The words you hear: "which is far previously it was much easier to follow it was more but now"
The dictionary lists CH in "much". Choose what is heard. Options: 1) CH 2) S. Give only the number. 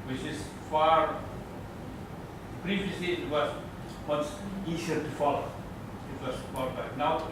2